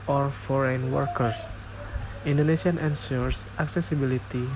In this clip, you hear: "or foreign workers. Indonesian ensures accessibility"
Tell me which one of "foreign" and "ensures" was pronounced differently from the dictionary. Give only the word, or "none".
ensures